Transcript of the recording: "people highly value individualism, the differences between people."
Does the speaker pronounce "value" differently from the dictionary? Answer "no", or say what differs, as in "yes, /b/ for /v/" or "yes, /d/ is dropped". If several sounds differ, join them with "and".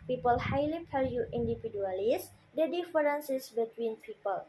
yes, /p/ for /v/